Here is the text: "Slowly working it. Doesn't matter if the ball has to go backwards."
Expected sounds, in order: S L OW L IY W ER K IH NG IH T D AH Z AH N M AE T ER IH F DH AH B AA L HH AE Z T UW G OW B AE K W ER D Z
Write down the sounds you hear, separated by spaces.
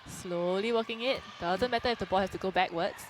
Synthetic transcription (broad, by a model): S L OW L IY W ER K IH NG IH T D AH Z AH N M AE T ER IH F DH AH B AA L HH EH S T UW G OW B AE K W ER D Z